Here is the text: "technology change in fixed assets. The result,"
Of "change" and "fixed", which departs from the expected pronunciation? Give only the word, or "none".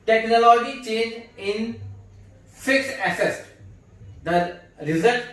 fixed